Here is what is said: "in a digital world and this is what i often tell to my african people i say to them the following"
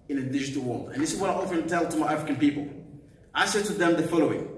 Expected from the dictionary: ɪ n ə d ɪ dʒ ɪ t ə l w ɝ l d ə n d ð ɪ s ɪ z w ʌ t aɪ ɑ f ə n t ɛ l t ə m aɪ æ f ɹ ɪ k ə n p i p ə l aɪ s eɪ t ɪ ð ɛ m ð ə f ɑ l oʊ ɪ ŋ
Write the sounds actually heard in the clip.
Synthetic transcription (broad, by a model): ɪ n ə d ɪ dʒ ɪ t ə l w ɝ l d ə n ð ɪ s ɪ z w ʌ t aɪ ɑ f ə n t ɛ l t ə m aɪ æ f ɹ ɪ k ə n p i p ə l aɪ s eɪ t ɪ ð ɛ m ð ə f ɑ l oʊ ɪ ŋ